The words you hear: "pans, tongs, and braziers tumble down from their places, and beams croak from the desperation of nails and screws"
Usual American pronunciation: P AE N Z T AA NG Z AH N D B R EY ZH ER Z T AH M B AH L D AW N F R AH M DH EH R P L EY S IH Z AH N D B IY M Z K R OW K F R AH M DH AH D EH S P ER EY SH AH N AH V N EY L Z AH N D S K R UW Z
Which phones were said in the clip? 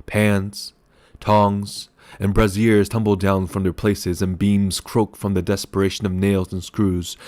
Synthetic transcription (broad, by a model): P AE N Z T AA NG Z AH N B R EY Z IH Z T AH M B L D AW N F R AH M DH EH R P L EY S IH Z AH N B IY M Z K R OW K F R AH M DH AH D EH S P ER EY SH AH N AH V N EY L Z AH N S K R UW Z